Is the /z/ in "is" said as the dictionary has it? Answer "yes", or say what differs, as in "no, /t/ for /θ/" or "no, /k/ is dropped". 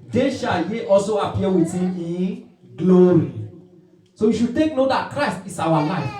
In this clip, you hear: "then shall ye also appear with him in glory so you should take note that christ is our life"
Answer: no, /s/ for /z/